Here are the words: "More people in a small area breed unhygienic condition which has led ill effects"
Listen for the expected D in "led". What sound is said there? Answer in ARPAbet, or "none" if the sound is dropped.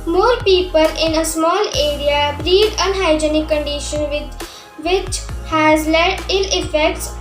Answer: none